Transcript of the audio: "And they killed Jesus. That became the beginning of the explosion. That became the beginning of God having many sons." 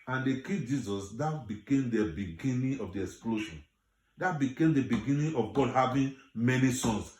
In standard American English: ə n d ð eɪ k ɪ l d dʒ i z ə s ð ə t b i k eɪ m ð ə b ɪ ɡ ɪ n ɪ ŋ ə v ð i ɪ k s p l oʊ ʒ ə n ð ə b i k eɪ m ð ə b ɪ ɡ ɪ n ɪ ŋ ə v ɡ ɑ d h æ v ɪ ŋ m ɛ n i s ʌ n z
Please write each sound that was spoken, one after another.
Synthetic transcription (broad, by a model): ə n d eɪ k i dʒ i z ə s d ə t b i k eɪ m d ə b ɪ ɡ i n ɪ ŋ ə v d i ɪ k s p l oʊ ʃ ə n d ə b i k eɪ m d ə b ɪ ɡ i n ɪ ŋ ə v ɡ ɑ d h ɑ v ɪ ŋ m ɛ n i s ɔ n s